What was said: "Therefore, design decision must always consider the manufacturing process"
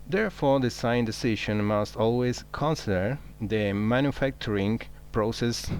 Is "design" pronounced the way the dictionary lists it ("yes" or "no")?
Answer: no